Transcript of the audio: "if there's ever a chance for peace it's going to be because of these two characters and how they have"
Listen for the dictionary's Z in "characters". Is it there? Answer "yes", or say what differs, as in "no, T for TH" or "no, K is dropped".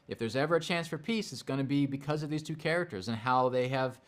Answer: yes